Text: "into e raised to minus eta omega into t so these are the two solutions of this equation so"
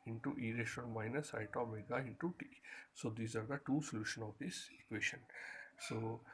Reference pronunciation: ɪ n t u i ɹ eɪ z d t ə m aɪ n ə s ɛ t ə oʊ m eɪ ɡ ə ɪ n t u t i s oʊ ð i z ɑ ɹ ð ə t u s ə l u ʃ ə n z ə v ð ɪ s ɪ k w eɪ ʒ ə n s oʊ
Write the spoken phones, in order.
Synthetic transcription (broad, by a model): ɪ n t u i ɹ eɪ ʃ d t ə m aɪ n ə s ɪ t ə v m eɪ ɡ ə ɪ n t u t i s oʊ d i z ɑ ɹ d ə t u s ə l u ʃ ə n ə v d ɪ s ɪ k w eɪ ʃ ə n s oʊ